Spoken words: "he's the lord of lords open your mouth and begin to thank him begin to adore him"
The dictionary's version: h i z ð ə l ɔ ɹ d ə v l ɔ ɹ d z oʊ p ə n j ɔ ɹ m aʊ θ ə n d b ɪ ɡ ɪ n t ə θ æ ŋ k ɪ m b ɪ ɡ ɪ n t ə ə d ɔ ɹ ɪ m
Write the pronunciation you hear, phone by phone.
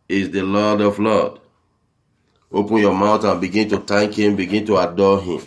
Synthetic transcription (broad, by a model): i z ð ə l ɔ d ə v l ɔ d oʊ p ə n j ɔ m aʊ t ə n b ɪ ɡ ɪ n t ə t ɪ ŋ k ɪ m b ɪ ɡ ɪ n t ə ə d ɔ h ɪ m